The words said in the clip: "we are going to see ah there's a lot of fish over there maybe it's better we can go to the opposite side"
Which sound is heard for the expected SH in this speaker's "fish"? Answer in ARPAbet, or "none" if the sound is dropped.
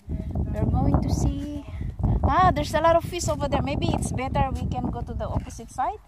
S